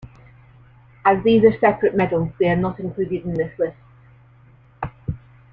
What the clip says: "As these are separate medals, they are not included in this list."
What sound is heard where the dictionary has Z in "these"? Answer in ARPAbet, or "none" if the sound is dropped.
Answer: Z